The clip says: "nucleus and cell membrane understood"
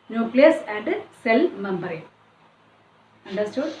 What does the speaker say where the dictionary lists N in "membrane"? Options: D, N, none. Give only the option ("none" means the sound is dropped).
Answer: none